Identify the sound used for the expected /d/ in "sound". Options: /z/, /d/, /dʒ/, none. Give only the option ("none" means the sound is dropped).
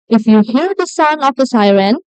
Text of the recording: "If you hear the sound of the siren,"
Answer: none